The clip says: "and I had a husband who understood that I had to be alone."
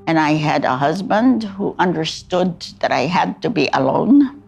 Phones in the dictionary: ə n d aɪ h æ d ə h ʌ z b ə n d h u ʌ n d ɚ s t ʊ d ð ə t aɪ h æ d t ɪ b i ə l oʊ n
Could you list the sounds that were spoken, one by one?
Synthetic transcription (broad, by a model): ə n aɪ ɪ d ə h ʌ z b ə n d h u ʌ n d ɚ s t ʊ d ð ə t aɪ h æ d t ɪ b i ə l oʊ n